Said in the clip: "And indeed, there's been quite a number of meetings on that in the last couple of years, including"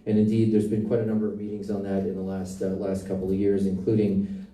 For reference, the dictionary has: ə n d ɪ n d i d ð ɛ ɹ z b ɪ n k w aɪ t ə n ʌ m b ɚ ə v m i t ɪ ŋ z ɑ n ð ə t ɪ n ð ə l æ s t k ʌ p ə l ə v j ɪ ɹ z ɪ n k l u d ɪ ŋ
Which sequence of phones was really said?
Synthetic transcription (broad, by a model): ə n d ɪ n d i d ð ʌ ɹ z b ɪ n k w aɪ t ə n ʌ m b ɚ ə v m i t ɪ ŋ z n ð ə t ɪ n ð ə l æ s t k ʌ p l ə v j ɪ ɹ z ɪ n k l u d ɪ ŋ